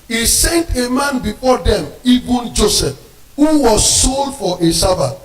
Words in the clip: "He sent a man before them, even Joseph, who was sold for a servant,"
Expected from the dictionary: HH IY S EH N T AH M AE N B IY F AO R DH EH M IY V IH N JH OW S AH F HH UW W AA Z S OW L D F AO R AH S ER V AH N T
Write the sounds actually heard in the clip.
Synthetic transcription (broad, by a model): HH IY S EH N T AH M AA N B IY F AO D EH M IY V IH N JH OW S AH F HH UW W AA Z S OW L D F AO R AH S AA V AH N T